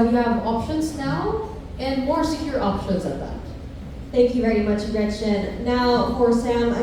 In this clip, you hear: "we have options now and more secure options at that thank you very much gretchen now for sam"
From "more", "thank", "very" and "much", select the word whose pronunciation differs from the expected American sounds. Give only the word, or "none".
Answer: none